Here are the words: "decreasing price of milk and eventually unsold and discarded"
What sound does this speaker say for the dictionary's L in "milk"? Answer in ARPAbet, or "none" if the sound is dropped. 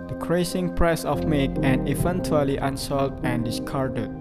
none